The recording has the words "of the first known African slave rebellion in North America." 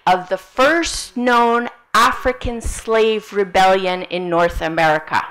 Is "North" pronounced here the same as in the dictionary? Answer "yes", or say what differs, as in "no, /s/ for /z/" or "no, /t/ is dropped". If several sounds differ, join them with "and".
yes